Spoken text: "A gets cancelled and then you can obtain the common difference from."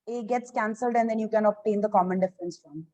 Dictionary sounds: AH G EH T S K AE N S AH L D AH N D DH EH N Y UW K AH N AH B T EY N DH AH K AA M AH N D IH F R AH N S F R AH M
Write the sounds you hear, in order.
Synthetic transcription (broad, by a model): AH G EH T S K AE N S AH L D AH N D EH N Y UW K AH N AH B T EY N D AH K AA M AH N D IH F R AH N S F R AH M